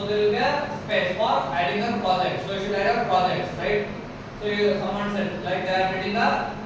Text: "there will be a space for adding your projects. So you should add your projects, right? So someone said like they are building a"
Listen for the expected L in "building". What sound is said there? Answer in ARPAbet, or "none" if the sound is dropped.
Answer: none